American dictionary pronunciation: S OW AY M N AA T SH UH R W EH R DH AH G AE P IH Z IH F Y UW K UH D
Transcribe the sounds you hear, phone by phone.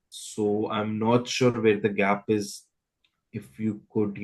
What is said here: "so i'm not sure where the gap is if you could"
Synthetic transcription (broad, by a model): S OW AY M N AA T SH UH R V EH R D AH G AE P IH Z IH F Y UW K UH D